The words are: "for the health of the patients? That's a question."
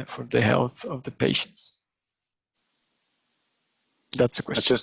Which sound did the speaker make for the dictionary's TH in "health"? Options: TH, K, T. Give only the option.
TH